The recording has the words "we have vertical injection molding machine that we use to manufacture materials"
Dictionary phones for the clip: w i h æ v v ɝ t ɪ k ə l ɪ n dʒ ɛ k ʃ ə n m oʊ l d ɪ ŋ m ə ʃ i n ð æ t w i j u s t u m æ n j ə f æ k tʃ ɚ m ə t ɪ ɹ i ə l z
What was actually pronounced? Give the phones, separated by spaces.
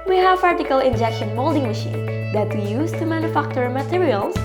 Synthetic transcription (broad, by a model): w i h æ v p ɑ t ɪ k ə l ɪ n dʒ ɛ k ʃ ə n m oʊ l d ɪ ŋ m ə ʃ i n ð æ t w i j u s t u m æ n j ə f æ k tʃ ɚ m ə t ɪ ɹ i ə l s